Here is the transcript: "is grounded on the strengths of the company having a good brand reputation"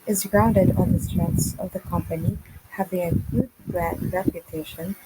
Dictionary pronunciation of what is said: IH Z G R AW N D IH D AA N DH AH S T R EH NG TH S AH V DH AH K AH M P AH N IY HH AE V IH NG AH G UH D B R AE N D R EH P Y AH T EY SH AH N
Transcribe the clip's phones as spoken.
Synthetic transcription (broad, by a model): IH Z G R AW N D IH D AA N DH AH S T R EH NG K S AH V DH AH K AH M P AH N IY HH AE V IH NG AH G UH D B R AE D R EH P Y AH T EY SH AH N